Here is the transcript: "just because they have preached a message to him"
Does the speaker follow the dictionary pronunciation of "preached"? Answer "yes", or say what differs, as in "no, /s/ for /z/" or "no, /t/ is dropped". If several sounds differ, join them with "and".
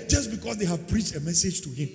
yes